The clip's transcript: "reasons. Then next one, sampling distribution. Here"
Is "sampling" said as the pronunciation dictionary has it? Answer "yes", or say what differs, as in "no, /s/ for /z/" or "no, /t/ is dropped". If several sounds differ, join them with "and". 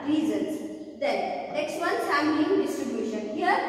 no, /p/ is dropped